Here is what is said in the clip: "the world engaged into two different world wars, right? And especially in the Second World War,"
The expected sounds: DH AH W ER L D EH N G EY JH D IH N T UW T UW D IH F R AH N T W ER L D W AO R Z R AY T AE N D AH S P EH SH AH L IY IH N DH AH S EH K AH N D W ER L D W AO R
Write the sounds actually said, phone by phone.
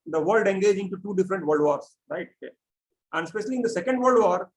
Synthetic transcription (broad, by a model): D AH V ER L D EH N G EY JH IH N T UW T UW D IH F R AH N T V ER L D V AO R S R AY T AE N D S P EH SH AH L IY IH N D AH S EH K AH N D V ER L D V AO R